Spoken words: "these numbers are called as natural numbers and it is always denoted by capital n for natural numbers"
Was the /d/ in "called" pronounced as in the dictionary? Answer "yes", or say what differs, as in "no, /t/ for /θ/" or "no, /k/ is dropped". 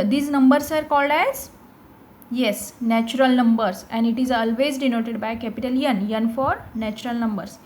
yes